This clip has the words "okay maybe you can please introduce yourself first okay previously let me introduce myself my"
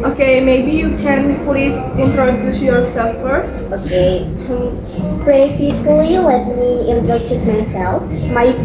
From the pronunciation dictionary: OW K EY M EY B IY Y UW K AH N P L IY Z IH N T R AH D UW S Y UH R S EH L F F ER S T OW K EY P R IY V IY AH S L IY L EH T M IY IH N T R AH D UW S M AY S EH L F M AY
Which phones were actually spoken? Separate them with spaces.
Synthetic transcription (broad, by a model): OW K EY M EY B IY Y UW K AH N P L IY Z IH N T R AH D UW S Y UH R S EH L F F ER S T OW K EY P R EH F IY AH L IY L EH T M IY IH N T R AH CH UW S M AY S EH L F M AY